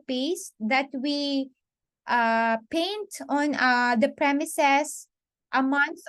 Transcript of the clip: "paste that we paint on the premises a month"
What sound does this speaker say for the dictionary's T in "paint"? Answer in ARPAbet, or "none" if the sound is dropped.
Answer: T